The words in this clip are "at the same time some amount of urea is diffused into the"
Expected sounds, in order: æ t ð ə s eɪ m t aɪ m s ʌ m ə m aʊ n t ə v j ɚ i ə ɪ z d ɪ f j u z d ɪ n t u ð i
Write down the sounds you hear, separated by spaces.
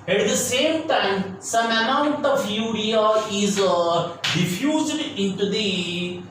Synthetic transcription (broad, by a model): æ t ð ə s eɪ m t aɪ m s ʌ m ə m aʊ n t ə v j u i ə ɪ z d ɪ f j u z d ɪ n t u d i